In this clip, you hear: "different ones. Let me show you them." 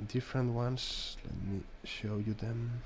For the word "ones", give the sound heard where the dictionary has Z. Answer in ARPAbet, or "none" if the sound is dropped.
S